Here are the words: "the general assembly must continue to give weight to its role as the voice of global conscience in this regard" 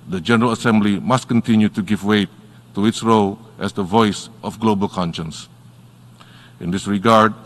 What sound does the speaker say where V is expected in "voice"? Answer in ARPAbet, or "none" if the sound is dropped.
V